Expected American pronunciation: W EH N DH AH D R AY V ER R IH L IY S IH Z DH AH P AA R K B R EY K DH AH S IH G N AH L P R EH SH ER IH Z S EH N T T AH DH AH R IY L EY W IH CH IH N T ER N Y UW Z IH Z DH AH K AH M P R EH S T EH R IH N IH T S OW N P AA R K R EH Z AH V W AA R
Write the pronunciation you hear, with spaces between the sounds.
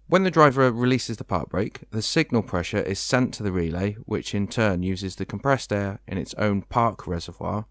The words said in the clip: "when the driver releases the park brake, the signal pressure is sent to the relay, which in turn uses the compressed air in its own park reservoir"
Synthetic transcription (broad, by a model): W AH N DH AH D R AY V ER R IH L IY S IH Z DH AH P AA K B R EY K DH AH S IH G N AH L P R EH SH ER IH Z S EH N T T AH DH AH R IY L EY W IH CH IH N T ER N Y UW Z IH Z DH AH K AH M P R EH S T EH R IH N IH T S OW N P AA K R EH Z AH V W AA